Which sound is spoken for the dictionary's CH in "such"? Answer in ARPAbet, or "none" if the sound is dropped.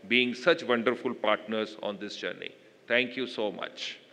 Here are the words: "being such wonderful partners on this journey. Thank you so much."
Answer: CH